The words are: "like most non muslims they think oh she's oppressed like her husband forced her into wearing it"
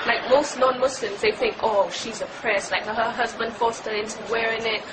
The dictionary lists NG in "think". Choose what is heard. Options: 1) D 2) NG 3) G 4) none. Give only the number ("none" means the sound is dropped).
2